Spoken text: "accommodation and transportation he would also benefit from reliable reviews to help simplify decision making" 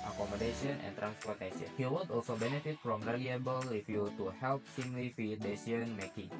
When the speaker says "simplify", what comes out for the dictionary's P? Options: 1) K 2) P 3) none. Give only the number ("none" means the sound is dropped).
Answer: 3